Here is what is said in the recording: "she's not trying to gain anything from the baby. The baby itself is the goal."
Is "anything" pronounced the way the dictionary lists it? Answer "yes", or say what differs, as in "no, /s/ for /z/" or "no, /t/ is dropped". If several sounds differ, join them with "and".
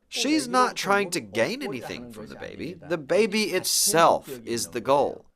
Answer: yes